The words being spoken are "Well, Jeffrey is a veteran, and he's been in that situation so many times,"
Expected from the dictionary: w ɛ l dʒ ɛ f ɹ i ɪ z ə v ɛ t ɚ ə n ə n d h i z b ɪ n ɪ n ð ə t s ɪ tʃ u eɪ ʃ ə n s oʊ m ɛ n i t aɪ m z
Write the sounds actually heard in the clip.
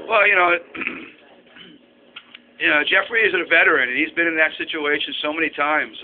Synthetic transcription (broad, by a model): w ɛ l dʒ ɛ f ɹ i ɪ z ə v ɛ t ɚ ə n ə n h i z b ɪ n ɪ n ð ə t s ɪ tʃ u eɪ ʃ ə n s oʊ m ɛ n i t aɪ m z